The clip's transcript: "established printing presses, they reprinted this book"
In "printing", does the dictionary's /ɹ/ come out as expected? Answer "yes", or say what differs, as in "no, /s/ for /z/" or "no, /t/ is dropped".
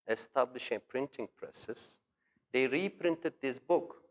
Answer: yes